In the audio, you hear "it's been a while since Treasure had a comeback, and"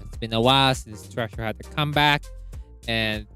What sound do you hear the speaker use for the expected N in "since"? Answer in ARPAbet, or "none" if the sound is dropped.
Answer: none